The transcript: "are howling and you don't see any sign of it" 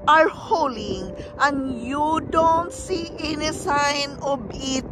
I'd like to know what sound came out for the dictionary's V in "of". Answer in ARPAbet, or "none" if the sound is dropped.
B